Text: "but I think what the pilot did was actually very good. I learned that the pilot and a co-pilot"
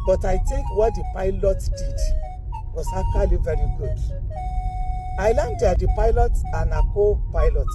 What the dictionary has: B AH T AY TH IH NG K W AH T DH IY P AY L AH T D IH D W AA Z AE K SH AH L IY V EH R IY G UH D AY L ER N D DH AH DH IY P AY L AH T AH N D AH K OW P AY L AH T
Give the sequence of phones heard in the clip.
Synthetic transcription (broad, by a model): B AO T AY T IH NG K W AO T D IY P AY L AH T D IH D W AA S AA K AH L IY V EH R IY G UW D AY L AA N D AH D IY P AY L AH T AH N AH K OW P AY L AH T